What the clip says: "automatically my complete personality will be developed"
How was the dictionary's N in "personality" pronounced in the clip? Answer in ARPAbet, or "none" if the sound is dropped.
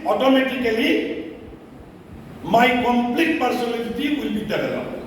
L